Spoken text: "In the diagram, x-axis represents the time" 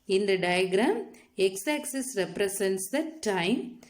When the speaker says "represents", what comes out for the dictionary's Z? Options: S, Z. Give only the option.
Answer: S